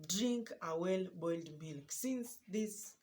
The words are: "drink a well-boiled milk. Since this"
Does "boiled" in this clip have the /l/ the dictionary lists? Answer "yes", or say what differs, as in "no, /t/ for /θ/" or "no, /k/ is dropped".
yes